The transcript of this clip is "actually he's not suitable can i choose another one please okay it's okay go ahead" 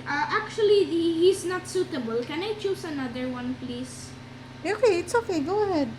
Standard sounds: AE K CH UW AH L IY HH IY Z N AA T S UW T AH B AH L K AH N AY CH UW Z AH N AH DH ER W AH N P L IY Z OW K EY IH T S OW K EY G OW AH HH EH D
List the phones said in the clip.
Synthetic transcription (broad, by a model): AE K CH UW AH L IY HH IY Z N AA T S UW T AH B AH L K AH N AY CH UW S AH N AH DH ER W AH N P L IY S OW K EY IH T S OW K EY G OW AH HH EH D